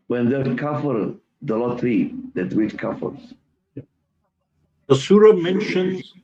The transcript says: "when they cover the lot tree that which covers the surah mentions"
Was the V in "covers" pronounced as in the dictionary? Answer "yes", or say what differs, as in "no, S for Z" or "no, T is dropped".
no, F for V